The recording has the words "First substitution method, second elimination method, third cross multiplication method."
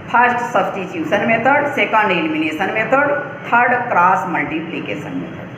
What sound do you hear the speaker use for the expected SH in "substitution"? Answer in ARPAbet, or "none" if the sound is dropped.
S